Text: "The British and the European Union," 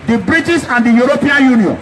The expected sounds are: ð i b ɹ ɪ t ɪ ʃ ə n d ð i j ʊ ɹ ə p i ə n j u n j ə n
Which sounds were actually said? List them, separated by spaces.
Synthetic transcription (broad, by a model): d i b ɹ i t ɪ s ə n d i j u ɹ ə p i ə n j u n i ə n